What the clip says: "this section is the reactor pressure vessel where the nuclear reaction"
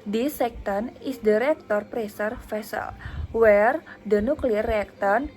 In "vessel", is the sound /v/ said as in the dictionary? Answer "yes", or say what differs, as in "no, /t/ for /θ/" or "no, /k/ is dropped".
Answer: no, /f/ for /v/